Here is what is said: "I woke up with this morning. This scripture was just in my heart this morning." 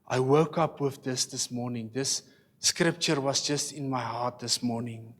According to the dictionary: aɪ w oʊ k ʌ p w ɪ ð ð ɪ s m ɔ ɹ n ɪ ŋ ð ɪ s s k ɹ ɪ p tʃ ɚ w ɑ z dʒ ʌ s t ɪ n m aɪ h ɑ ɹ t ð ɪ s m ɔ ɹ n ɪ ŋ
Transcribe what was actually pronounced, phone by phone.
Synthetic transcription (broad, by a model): aɪ w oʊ k ʌ p w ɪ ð ð ɪ s m ɔ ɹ n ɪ ŋ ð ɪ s s k ɹ ɪ p tʃ ɚ w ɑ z dʒ ʌ s t ɪ n m aɪ h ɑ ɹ t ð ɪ s m ɔ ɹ n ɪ ŋ